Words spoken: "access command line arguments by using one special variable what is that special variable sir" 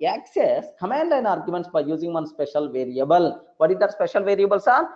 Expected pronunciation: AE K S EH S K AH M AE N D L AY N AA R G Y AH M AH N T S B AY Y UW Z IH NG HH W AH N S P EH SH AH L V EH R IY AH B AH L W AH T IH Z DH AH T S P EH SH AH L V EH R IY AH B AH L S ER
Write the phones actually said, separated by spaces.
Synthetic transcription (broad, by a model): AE K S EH S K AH M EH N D L AY N AA R G Y AH M AH N T S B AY Y UW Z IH NG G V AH N S P EH SH AH L V EH R IY AH B AH L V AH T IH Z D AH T S P EH SH AH L V EH R IY AH B AH L S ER